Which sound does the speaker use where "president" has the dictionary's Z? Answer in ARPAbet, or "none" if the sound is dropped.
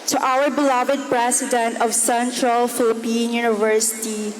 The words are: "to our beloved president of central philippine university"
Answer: S